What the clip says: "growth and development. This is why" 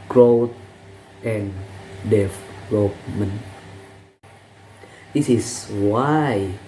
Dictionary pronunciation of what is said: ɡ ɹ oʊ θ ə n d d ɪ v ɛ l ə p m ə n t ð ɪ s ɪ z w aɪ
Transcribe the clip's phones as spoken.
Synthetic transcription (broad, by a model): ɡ ɹ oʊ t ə n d d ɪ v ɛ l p m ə n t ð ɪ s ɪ s w aɪ